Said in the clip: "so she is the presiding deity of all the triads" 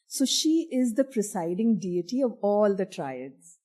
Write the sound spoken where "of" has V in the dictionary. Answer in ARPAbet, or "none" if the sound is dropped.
V